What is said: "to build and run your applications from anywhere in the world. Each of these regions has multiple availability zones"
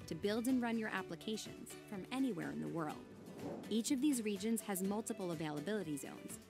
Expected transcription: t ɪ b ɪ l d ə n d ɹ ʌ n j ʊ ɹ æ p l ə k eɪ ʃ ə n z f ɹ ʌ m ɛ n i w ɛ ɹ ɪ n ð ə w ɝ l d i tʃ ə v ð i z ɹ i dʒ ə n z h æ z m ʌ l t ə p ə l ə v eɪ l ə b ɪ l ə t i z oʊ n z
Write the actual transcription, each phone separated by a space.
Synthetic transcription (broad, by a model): t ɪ b ɪ l d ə n ɹ ʌ n j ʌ ɹ æ p l ə k eɪ ʃ ə n z f ɹ ʌ m ɛ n i w ɛ ɹ ɪ n ð ə w ɝ l d i tʃ ə v ð i z ɹ i dʒ ə n z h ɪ z m ʌ l t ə p l ə v eɪ l ə b ɪ l ə t i z oʊ n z